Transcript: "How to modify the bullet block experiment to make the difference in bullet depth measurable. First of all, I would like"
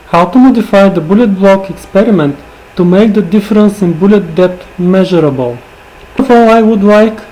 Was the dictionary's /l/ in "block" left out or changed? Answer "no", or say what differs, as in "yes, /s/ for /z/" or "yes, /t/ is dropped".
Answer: no